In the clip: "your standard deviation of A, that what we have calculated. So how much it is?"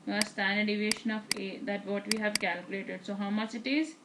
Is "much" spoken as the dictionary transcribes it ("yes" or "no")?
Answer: yes